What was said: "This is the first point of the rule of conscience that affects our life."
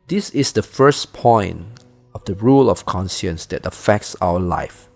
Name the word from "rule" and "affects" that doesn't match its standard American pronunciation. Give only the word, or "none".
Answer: none